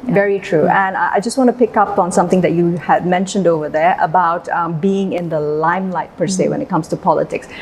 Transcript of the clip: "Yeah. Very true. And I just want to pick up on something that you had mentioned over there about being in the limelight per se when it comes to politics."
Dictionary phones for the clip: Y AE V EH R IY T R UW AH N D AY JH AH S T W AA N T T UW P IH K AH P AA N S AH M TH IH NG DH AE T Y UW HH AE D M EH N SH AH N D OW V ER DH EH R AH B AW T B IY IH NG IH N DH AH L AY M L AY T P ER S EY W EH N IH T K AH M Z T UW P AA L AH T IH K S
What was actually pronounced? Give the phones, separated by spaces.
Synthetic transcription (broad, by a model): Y V EH R IY T R UW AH N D AY JH AH S T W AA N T T UW P IH K AH P AA N S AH M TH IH NG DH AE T Y UW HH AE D M EH N SH AH N D OW V ER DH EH R AH B AW T B IY IH NG IH N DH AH L AY M L AY T P ER S EY W EH N IH T K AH M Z T UW P AA L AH T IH K S